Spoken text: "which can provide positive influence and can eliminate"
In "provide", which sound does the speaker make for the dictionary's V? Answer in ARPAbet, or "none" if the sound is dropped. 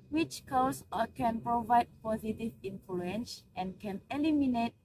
V